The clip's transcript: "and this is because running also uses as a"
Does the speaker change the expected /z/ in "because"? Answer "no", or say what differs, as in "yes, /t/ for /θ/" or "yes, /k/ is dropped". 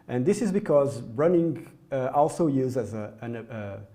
no